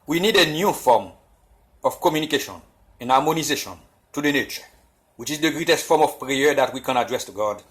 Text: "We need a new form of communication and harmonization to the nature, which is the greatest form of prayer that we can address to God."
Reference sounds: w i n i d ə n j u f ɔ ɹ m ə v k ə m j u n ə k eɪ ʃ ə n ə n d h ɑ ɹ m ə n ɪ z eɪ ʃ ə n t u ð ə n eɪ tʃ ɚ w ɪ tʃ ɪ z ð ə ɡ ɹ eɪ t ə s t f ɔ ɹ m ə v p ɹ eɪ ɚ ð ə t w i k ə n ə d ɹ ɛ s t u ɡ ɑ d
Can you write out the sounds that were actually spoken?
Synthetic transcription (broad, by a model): w i n i d ə n j u f ɔ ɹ m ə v k ə m j u n ə k eɪ ʃ ə n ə n h ɑ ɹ m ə n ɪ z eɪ ʃ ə n t u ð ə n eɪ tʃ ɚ w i tʃ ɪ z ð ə ɡ ɹ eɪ t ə s t f ɔ ɹ m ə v p ɹ eɪ ɚ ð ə t w i k ə n ə d ɹ ɛ s t u ɡ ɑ d